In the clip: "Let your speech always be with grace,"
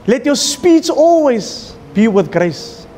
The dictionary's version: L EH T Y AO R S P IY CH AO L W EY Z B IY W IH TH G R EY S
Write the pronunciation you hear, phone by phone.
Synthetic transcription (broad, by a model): L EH T Y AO S P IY S AO L W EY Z B IY W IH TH G R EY S